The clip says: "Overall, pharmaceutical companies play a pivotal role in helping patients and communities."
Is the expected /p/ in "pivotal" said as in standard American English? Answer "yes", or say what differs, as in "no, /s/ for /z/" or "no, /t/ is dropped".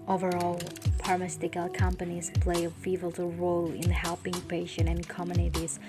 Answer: no, /f/ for /p/